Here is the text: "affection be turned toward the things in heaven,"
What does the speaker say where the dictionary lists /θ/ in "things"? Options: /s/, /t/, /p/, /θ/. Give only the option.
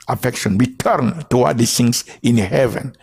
/s/